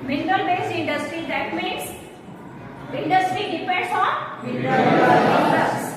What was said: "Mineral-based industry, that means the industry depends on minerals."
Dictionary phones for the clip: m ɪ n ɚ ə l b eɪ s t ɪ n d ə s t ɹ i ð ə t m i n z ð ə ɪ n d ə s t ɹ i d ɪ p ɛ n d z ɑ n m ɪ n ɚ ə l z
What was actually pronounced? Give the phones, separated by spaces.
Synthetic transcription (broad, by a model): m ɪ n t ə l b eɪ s ɪ n d ə s t ɹ i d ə t m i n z ɪ n d ə s t ɹ i d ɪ p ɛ n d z ɑ n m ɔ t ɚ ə